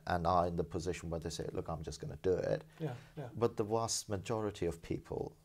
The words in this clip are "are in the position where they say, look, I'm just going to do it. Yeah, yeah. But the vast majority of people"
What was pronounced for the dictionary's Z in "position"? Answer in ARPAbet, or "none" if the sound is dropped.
Z